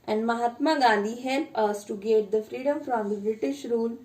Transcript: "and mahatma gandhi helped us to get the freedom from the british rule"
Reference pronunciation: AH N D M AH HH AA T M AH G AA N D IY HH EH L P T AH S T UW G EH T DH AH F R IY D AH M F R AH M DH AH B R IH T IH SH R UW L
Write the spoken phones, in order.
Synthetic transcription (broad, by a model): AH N D M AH HH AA T M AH G AA N D IY HH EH L P AH S T UW G EH T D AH F R IY D AH M F R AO M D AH B R IH T IH SH R UW L